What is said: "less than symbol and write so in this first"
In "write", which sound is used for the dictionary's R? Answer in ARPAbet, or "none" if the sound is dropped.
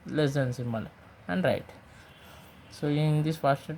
R